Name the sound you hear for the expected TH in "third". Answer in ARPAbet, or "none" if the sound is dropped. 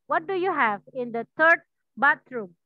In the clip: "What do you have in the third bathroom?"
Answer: T